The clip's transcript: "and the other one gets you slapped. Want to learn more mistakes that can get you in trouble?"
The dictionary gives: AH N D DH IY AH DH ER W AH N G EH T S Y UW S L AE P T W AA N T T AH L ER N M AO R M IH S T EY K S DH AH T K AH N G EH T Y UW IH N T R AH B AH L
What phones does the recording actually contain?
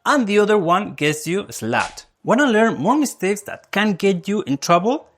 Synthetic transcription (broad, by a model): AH N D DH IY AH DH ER W AH N G EH T S Y UW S L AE T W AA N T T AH L ER N M AO R M IH S T EY K S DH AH T K AH N G EH T Y UW IH N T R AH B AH L